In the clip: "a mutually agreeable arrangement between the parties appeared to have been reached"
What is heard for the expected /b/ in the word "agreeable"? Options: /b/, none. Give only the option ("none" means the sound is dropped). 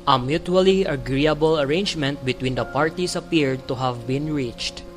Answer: /b/